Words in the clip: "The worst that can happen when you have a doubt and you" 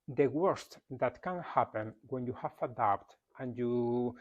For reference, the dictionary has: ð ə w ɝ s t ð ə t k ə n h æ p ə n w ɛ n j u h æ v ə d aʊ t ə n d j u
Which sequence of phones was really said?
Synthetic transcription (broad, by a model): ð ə w ɝ s t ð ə t k ə n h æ p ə n w ɛ n j u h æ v ə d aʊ t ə n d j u